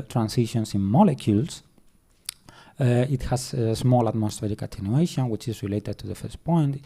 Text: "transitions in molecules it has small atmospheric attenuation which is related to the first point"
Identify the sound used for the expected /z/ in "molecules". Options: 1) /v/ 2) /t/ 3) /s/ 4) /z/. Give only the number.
3